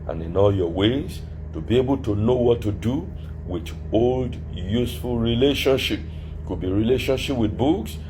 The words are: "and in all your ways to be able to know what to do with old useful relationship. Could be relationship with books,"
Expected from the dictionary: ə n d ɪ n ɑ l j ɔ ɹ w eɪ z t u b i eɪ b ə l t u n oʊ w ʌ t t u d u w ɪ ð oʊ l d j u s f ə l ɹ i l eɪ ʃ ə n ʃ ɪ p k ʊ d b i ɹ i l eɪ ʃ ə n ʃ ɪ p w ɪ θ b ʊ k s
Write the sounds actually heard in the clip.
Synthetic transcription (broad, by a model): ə n ɪ n ɑ l j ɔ w eɪ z t u b i eɪ b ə l t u n oʊ w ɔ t t u d u w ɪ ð oʊ l d j u s f ə l ɹ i l eɪ ʃ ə n ʃ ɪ p k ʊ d b i ɹ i l eɪ ʃ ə n ʃ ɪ p w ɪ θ b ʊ k s